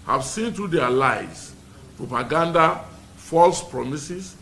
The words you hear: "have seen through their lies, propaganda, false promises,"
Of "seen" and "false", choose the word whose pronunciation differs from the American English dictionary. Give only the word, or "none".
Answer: none